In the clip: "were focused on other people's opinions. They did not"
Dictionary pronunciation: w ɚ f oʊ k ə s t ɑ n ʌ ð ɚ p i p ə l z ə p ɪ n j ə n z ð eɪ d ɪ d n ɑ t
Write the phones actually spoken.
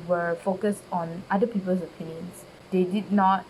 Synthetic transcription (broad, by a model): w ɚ f oʊ k ə s t ɑ n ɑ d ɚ p i p ə l s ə p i n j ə n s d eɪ d ɪ d n ɑ t